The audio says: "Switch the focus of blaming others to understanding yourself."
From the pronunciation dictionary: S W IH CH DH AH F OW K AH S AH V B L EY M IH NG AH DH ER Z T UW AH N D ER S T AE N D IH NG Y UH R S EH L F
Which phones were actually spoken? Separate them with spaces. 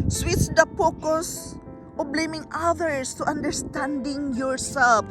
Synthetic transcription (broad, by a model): S W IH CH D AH P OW K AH S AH B L EY M IH NG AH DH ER S T UW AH N D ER S T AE N D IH NG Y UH R S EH L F